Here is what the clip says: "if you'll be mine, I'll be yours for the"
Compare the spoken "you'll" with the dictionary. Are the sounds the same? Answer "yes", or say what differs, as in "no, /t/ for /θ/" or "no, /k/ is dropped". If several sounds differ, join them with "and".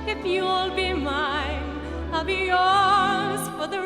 yes